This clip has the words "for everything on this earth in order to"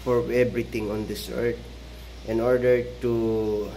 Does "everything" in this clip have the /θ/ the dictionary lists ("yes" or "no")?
no